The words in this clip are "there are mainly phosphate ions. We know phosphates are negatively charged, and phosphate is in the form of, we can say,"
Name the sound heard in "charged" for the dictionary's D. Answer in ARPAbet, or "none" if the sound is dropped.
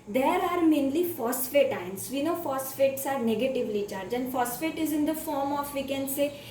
none